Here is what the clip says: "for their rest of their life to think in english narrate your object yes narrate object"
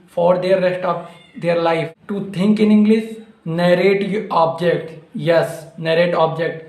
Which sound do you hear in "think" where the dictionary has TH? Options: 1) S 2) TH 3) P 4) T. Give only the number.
4